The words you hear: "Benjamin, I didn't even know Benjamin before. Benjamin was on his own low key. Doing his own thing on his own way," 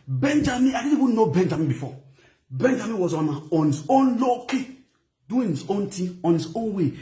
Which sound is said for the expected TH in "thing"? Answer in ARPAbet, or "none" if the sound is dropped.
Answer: T